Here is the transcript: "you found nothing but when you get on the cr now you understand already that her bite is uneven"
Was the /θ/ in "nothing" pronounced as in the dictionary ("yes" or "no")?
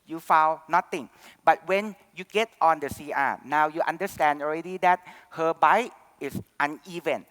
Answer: no